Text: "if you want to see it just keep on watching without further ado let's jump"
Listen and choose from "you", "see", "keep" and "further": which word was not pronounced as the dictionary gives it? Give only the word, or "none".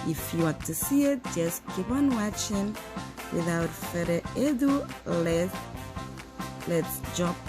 further